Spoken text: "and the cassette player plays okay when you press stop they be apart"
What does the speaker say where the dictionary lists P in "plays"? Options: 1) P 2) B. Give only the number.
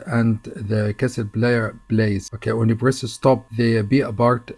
2